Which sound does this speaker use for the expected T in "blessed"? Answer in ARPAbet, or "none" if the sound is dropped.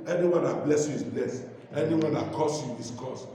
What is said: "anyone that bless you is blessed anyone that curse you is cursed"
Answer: none